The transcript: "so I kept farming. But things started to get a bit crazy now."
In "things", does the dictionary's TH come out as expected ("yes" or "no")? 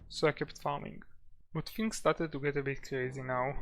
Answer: no